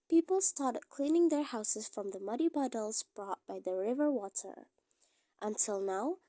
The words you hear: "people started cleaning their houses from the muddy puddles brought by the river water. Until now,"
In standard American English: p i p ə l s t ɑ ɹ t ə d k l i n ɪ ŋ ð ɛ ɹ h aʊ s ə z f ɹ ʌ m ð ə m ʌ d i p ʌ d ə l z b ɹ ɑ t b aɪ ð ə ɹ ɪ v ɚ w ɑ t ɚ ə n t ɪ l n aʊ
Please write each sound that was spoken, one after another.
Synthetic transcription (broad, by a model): p i p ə l s t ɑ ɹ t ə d k l i n ɪ ŋ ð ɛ ɹ h aʊ s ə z f ɹ ʌ m ð ə m ʌ d i b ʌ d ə l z b ɹ ɑ t b aɪ ð ə ɹ ɪ v ɚ w ɑ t ɚ ə n t ɪ l n aʊ